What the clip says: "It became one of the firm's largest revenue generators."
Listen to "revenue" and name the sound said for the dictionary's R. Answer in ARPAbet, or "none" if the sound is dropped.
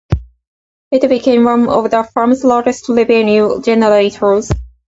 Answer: L